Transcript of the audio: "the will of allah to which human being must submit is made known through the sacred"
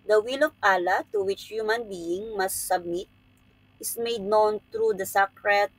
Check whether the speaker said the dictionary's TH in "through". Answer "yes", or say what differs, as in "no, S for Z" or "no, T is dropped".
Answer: no, T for TH